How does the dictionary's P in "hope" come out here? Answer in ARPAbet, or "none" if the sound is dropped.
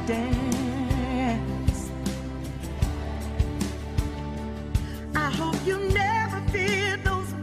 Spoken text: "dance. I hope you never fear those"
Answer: P